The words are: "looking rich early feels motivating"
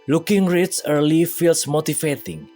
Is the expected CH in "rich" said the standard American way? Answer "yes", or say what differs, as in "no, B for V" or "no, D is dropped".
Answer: no, S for CH